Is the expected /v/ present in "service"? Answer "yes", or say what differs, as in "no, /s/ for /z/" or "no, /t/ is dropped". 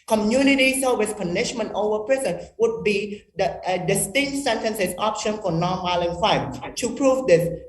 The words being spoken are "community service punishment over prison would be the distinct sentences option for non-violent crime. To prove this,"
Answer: no, /w/ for /v/